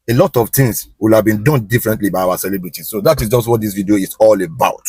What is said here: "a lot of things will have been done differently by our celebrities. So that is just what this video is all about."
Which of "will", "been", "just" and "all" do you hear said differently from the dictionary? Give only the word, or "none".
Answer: none